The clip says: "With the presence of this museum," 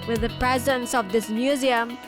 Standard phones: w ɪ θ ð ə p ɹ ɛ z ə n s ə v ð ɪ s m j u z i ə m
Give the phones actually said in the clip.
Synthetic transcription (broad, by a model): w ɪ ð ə p ɹ ɛ z ə n s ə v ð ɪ s m j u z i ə m